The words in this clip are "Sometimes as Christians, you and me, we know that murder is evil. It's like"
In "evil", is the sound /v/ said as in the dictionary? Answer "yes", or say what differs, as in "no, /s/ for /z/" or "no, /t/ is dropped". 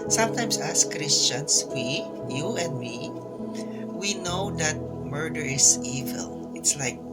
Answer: yes